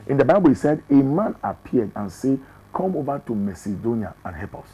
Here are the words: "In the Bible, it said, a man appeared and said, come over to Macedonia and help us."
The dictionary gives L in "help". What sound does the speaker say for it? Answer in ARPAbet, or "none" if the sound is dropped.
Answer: none